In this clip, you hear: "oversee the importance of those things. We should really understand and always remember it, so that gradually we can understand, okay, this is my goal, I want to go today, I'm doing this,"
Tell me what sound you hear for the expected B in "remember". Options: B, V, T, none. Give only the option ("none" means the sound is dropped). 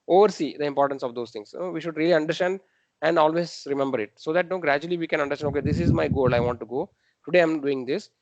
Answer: B